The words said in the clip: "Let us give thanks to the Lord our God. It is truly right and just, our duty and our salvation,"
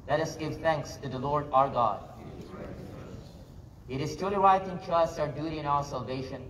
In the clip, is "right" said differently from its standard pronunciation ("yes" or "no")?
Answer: yes